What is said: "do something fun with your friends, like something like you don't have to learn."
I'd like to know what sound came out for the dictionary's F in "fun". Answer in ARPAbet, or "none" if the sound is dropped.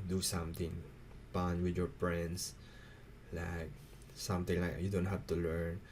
P